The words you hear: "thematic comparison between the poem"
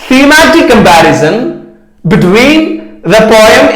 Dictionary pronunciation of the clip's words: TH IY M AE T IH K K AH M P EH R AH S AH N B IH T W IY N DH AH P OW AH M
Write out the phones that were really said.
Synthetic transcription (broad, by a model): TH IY M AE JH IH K K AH M B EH R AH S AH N B IH T W IY N DH AH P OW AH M